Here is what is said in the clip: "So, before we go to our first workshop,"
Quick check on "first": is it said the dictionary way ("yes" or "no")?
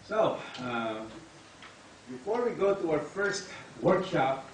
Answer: yes